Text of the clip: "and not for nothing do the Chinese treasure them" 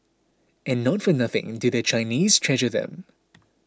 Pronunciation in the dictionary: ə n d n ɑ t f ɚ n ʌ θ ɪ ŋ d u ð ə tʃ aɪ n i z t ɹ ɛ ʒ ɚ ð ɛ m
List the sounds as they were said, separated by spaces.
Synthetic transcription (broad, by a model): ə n n ɑ t f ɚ n ʌ θ ɪ ŋ d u ð ə tʃ aɪ n i z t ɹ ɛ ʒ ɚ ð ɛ m